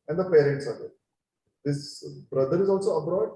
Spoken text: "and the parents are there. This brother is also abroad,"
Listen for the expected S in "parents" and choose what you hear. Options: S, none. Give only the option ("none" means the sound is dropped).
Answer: S